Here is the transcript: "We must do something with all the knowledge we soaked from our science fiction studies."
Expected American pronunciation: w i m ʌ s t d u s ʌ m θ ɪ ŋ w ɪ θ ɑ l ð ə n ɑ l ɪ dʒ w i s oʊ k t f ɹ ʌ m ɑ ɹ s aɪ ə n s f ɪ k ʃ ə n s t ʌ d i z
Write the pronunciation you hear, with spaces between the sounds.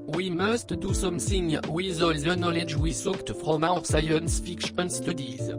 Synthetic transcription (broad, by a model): w i m ʌ s t d u s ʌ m s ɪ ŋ w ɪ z ɑ l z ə n ɑ l ɪ dʒ w i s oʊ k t f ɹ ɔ m ɑ ɹ s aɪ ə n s f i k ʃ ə n s t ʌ d i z